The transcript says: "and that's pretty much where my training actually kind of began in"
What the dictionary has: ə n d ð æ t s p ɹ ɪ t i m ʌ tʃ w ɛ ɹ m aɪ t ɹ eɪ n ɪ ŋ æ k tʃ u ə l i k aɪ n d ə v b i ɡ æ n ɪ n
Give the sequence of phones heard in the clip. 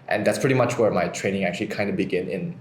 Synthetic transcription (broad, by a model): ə n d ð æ t s p ɹ ɪ t i m ʌ tʃ w ɛ ɹ m aɪ t ɹ eɪ n ɪ ŋ æ k tʃ u ə l i k aɪ n d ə b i ɡ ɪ n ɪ n